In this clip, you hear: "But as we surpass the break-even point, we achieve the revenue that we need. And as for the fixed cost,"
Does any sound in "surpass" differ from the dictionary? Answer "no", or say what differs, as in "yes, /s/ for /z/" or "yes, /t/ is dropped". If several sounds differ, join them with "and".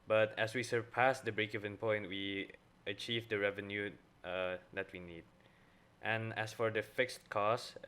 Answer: no